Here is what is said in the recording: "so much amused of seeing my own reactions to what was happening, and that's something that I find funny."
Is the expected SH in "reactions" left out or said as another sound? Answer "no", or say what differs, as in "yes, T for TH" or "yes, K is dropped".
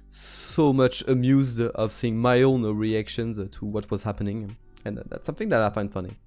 no